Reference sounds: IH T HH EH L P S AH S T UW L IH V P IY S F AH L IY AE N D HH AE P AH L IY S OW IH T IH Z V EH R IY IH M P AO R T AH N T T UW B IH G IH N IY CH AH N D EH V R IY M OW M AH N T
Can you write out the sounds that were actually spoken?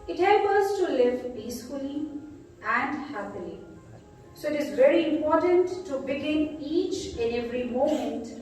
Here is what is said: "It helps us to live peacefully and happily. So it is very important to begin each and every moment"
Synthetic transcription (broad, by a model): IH T HH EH L P AH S T UW L IH V P IY S F AH L IY AE N D HH AE P AH L IY S OW IH T IH Z V EH R IY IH M P AO R T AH N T T UW B IH G IH N IY CH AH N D EH V R IY M OW M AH N T